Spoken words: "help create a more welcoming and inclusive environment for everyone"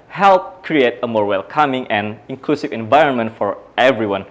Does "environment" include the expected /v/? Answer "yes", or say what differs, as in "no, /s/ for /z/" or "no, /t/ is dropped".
yes